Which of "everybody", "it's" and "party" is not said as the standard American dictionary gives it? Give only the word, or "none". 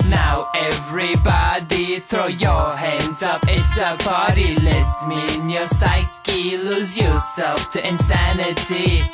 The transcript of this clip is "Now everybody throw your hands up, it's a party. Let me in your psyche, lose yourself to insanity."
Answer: party